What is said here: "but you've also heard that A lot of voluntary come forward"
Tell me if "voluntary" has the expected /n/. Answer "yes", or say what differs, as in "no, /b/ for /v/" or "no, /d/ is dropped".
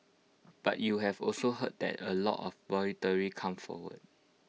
no, /n/ is dropped